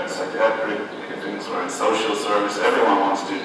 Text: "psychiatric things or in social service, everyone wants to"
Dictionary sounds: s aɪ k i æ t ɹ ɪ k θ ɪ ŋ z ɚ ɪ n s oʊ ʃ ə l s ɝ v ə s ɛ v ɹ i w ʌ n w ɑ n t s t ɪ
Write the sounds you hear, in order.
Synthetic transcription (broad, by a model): s aɪ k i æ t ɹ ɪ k t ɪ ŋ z ɚ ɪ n s oʊ ʃ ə l s ɝ v ə s ɛ v ɹ i w ʌ n w ɑ n t s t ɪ